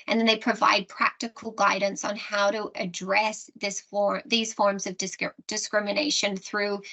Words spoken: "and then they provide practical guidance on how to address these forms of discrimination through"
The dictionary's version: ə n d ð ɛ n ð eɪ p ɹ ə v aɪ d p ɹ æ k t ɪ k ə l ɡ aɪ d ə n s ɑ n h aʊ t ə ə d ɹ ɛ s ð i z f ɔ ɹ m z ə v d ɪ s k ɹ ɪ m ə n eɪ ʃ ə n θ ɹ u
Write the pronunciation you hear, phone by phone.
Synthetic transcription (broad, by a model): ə n ð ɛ n ð eɪ p ɹ ə v aɪ d p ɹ æ k t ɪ k l ɡ aɪ d n s n h aʊ t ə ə d ɹ ɛ s ð i z f ɔ ɹ m z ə v d ɪ s k ɹ ɪ m ə n eɪ ʃ ə n θ ɹ u